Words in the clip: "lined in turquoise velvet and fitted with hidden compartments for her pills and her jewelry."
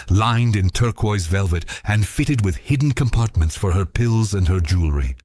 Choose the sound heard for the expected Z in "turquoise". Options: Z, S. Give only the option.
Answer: Z